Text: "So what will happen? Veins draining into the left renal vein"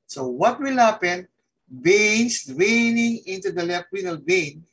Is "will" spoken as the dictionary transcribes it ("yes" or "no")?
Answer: yes